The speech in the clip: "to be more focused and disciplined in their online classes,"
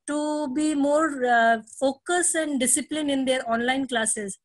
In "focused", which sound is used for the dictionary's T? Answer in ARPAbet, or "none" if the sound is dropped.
none